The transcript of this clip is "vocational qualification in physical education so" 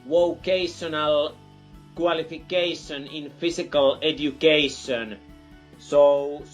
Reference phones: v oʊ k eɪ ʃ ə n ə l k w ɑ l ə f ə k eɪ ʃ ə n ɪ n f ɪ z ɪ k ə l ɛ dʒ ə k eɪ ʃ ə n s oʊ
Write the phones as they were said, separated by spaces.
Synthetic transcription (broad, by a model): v oʊ k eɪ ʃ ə n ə l k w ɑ l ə f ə k eɪ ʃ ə n ɪ n f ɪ s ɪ k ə l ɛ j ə k eɪ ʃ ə n s oʊ